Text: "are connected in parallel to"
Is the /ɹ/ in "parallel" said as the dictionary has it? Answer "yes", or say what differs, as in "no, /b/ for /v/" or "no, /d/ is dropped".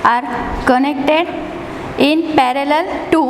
yes